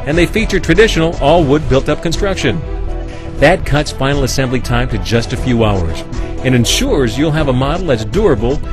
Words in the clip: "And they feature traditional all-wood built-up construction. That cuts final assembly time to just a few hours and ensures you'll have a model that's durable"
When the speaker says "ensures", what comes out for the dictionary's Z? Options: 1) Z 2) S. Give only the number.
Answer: 1